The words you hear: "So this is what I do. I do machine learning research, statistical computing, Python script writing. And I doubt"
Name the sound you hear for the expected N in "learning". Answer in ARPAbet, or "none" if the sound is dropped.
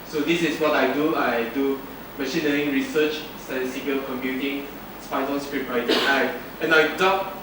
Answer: none